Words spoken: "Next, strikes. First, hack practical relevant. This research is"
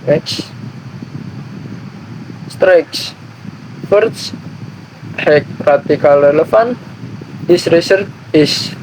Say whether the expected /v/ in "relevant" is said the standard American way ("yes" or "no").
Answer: no